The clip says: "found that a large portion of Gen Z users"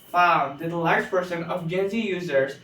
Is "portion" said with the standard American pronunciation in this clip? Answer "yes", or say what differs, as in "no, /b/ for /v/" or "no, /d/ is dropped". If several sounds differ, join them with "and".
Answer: no, /s/ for /ʃ/